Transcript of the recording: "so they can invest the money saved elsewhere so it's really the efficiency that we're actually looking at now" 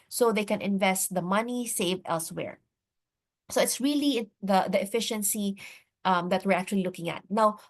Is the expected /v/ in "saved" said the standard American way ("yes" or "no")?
yes